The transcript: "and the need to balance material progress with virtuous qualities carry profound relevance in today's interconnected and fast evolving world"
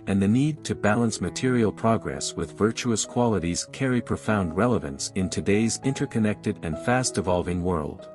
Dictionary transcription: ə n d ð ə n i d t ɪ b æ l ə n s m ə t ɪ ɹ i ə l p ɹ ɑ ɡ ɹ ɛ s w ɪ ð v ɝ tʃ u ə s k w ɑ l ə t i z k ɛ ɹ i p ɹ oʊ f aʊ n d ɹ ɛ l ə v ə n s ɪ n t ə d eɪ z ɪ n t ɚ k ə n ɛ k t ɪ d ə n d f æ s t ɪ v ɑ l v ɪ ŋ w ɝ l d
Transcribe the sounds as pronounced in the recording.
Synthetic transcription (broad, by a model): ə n ð ə n i d t ɪ b æ l ə n s m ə t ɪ ɹ i l p ɹ ɑ ɡ ɹ ɛ s w ɪ ð v ɝ tʃ u ə s k w ɑ l ə t i z k ɛ ɹ i p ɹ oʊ f aʊ n d ɹ ɛ l ə v ə n s ɪ n t ə d eɪ z ɪ n t ɚ k ə n ɛ k t ɪ d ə n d f æ s t ɪ v ɑ l v ɪ ŋ w ɝ l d